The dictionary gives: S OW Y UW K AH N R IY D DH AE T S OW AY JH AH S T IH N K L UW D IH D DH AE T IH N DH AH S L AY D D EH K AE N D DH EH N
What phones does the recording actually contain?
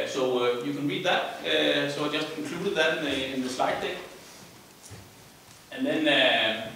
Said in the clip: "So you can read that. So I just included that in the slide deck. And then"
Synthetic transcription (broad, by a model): S OW Y UW K AH N R IY D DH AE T S OW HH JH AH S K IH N K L UW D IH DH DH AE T IH N DH AH S L AY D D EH AE N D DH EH N